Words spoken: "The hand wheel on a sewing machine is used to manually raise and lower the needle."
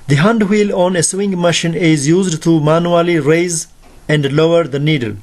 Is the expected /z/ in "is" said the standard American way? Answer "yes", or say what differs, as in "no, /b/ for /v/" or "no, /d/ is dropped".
yes